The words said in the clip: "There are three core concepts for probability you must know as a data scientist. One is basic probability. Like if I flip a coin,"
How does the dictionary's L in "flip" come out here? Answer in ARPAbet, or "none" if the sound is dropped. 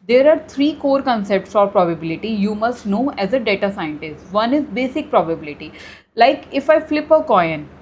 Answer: L